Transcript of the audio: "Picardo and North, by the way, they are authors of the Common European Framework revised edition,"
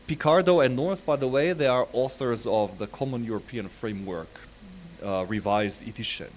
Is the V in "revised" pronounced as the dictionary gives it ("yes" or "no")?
yes